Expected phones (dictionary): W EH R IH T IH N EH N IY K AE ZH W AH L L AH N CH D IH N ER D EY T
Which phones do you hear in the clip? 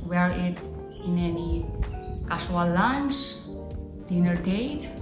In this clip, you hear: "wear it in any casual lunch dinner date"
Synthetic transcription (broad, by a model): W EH R IH T IH N EH N IY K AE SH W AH L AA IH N S D IH N ER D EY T